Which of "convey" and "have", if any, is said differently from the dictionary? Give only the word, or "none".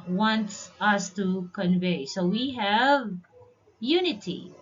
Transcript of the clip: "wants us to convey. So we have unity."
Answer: none